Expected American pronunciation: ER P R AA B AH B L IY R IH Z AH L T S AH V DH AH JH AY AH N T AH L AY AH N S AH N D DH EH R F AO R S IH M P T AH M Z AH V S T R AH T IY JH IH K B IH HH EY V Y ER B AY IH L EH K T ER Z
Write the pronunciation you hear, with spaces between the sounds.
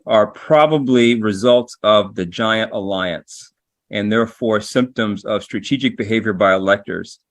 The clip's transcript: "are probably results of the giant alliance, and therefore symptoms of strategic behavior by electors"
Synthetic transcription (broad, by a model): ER P R AA B AH B L IY R IH Z AH L T S AH V DH AH JH AY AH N T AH L AY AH N S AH N DH EH R F AO R S IH M P T AH M Z AH V S T R AH T IY JH IH K B IH HH EY V Y ER B AY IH L EH K T ER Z